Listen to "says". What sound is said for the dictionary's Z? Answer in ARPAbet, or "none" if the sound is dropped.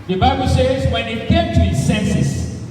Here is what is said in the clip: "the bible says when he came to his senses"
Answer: Z